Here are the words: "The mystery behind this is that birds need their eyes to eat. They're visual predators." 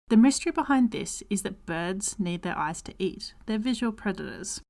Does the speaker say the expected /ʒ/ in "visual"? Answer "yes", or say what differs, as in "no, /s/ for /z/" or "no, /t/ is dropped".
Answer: yes